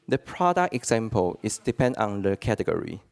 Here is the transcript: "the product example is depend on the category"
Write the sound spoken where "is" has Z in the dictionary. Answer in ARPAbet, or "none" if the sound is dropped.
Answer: S